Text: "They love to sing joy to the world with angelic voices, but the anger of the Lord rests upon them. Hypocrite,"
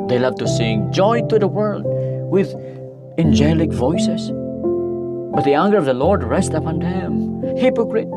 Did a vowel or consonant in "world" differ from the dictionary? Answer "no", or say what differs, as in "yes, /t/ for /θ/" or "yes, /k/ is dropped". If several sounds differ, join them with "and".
no